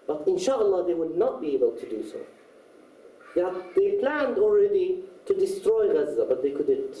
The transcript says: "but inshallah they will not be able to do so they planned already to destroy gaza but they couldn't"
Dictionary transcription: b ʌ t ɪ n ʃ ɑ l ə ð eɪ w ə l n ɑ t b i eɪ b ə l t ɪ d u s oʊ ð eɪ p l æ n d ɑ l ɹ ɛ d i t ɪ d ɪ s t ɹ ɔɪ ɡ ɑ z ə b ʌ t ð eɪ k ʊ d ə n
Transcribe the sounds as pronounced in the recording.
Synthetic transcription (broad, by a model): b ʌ t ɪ n ʃ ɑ l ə ð eɪ w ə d n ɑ t b i eɪ b ə l t ɪ d u s oʊ ð eɪ p l æ n d ɑ l ɹ ɛ d i t ɪ d ɪ s t ɹ ɔɪ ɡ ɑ z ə b ʌ t ð eɪ k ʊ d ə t